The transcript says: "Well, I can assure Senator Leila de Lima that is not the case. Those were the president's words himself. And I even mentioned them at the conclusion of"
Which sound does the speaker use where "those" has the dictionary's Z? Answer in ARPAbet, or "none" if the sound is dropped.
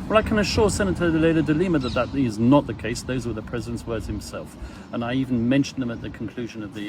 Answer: Z